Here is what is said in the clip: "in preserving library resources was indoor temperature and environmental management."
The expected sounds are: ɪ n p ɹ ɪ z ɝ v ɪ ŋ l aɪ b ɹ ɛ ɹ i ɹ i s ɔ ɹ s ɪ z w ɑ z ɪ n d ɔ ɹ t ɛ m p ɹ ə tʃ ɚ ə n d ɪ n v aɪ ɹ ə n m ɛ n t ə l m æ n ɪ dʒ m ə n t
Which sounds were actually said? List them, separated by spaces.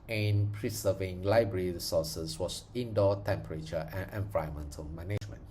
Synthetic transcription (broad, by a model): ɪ n p ɹ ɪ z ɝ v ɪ ŋ l aɪ b ɹ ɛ ɹ i ɹ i s ɔ s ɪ s w ɑ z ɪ n d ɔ t ɛ m p ɹ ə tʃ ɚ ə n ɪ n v aɪ ə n m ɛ n t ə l m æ n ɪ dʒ m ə n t